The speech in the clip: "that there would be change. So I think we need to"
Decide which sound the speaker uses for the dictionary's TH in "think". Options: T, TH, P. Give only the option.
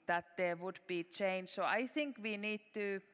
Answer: TH